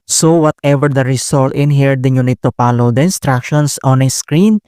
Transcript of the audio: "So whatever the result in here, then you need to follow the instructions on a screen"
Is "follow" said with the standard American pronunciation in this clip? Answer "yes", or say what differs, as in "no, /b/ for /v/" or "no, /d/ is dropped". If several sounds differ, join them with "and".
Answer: no, /p/ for /f/